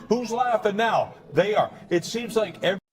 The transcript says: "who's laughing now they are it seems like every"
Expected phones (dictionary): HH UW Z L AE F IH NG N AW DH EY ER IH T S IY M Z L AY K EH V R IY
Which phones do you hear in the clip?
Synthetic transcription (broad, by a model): HH UW Z L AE F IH N AW DH EY ER IH T S IY M Z L AY K EH V